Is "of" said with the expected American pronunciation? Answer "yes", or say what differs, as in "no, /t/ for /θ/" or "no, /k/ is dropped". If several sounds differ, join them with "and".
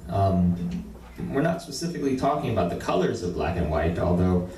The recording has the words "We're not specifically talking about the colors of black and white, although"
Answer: yes